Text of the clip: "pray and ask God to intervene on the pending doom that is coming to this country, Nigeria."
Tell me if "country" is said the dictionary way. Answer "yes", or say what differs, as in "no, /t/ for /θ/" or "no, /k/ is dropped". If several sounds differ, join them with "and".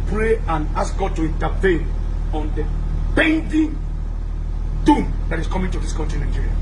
no, /ɹ/ is dropped